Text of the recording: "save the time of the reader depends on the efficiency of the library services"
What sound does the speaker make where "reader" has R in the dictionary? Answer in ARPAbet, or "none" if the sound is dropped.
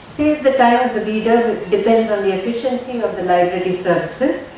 L